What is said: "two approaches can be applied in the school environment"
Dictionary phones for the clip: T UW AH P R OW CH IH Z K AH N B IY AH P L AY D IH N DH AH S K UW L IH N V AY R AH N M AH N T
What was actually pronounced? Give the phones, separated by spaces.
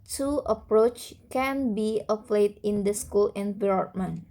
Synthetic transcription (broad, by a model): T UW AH P R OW CH K AH N B IY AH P L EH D IH N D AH S K UW L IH N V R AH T M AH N